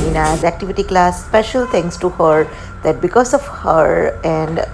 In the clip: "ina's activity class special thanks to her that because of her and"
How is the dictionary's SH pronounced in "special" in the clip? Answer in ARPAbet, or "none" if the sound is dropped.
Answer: SH